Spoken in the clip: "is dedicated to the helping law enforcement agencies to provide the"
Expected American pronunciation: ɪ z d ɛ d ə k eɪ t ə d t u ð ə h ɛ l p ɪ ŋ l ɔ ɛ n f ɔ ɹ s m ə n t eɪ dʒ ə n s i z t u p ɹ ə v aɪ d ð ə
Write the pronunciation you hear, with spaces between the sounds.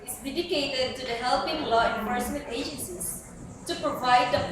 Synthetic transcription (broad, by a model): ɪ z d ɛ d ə k eɪ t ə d t u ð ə h ɛ l p ɪ ŋ l ɔ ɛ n p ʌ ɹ s ə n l eɪ dʒ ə n s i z t u p ɹ ə v aɪ d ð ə